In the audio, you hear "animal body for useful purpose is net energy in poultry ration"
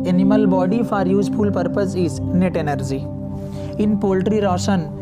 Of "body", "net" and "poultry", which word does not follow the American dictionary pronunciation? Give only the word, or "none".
none